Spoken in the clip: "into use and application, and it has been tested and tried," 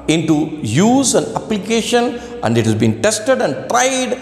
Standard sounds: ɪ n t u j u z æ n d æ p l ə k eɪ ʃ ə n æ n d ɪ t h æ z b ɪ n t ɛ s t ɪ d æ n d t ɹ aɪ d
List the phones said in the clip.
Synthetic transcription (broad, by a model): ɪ n t u j u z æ n d æ p l ə k eɪ ʃ ə n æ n d ɪ t h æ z b ɪ n t ɛ s t ɪ d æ n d t ɹ aɪ d